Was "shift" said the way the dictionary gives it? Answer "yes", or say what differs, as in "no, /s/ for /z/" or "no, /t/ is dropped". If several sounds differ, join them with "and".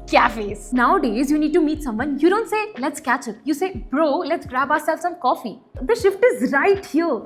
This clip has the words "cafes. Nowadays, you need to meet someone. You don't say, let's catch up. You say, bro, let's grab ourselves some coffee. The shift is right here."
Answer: yes